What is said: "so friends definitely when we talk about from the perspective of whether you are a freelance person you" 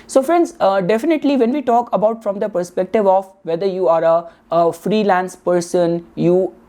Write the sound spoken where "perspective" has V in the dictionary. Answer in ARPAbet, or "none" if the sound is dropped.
V